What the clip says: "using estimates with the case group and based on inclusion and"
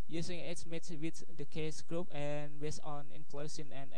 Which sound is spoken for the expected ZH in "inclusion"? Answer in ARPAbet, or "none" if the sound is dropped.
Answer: S